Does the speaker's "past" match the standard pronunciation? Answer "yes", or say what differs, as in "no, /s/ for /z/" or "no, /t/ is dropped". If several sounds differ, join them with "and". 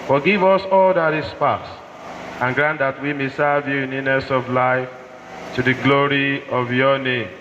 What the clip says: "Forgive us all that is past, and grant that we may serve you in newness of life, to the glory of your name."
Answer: no, /t/ is dropped